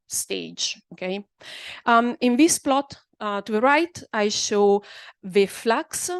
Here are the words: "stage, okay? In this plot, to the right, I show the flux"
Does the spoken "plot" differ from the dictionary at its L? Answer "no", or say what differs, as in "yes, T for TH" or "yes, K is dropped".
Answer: no